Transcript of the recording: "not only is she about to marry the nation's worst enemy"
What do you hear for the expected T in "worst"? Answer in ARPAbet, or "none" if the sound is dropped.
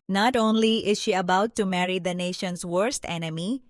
T